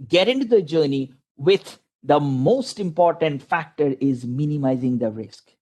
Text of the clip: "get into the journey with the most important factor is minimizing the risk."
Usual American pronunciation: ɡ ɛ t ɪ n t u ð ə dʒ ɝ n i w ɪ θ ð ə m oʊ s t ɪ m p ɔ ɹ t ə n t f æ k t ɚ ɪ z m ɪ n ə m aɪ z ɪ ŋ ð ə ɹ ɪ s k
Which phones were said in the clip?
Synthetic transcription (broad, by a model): ɡ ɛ t ɪ n t u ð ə dʒ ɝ n i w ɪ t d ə m oʊ s t ɪ m p ɔ ɹ t ə n t f æ k t ɚ ɪ z m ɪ n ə m aɪ z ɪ ŋ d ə ɹ ɪ s k